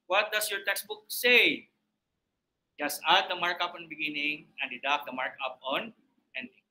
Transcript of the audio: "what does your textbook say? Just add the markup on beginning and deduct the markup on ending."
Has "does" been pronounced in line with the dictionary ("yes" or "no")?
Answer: no